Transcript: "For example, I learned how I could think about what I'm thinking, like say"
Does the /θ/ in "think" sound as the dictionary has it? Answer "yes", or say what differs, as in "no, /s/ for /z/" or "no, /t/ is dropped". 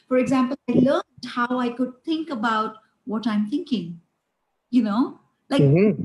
no, /t/ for /θ/